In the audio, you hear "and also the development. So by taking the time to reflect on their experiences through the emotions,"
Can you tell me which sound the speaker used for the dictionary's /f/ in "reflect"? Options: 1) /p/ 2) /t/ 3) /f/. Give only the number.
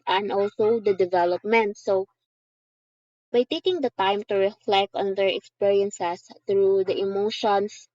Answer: 3